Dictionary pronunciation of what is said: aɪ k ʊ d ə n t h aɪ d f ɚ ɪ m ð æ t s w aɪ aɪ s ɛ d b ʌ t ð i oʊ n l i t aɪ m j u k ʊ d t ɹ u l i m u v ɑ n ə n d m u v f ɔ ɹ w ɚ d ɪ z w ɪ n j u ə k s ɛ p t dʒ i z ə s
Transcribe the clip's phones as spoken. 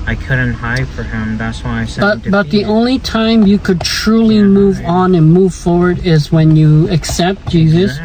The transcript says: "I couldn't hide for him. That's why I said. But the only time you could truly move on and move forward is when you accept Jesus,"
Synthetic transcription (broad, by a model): aɪ k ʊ d n t h aɪ d f ɚ ɪ m ð æ t s w aɪ aɪ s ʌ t b ʌ t ð i oʊ n l i t aɪ m j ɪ k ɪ d t ɹ u l i m u v n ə n m u v f ɔ ɹ w ɚ d ɪ z w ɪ n j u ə k s ɛ p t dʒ i z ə s